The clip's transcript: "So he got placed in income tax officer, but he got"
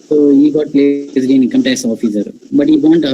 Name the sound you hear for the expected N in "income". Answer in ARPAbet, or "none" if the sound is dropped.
none